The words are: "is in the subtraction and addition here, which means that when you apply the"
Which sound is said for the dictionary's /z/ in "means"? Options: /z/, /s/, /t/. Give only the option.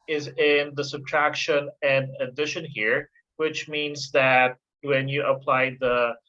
/z/